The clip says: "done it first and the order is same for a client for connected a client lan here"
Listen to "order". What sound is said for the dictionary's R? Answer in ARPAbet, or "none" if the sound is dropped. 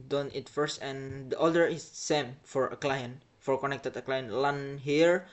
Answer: L